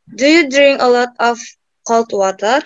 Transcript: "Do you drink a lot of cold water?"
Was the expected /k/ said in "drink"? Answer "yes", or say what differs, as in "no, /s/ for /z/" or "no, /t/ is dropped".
no, /k/ is dropped